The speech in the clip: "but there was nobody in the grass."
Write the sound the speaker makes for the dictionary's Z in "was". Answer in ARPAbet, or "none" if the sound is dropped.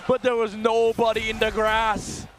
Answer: Z